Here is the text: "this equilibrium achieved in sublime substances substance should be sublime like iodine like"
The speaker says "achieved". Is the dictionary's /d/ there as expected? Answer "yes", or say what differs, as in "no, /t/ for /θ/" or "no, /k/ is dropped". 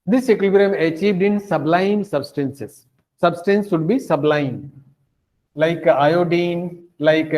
yes